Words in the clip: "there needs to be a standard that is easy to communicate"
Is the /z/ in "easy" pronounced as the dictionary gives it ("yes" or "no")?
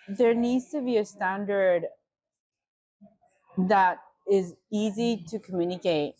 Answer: yes